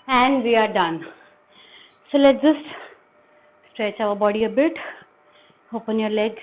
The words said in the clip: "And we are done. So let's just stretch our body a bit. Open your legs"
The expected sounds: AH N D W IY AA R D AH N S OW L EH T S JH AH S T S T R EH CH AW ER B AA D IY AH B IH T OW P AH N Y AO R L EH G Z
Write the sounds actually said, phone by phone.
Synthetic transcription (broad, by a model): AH N D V IY AA R D AH N S OW L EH T JH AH S S T R EH CH AW ER B AA D IY AH B IH T OW P AH N Y AO R L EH G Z